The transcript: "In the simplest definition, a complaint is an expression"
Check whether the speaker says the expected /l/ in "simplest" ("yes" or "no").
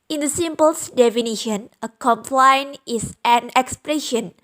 no